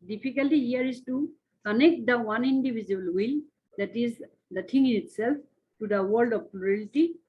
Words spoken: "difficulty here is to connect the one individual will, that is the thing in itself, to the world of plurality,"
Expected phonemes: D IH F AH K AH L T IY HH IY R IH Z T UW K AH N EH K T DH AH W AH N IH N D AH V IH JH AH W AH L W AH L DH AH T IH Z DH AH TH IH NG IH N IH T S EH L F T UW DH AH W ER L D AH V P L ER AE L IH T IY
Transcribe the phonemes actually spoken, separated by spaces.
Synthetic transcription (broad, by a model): D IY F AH K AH L T IY HH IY R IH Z T UW K AH N EH K T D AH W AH N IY N D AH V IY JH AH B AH L W AH L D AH T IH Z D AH T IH NG IH N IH T S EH L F T UW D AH W ER L D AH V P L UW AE L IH T IY